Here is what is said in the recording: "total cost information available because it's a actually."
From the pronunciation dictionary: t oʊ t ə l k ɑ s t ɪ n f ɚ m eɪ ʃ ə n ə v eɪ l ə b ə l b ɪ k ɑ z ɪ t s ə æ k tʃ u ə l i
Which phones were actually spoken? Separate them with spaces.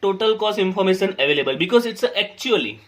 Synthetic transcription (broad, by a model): t oʊ t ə l k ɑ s ɪ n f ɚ m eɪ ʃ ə n ə v eɪ l ə b ə l b ɪ k ɑ z ɪ t s ə k tʃ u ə l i